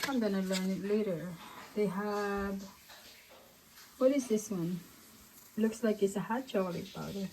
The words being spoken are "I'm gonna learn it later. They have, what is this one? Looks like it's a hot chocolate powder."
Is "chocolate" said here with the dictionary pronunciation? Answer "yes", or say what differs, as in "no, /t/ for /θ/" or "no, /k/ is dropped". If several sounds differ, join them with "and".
no, /k/ is dropped